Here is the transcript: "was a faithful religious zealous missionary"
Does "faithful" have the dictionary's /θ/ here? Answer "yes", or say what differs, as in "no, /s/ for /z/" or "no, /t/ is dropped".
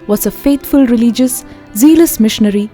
no, /t/ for /θ/